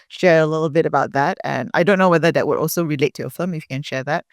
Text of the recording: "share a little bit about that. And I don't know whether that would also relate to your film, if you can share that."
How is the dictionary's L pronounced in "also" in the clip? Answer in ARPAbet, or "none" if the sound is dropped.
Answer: L